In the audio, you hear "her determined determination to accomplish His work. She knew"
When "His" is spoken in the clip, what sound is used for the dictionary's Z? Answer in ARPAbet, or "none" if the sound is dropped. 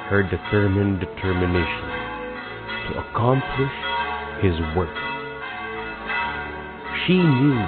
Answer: Z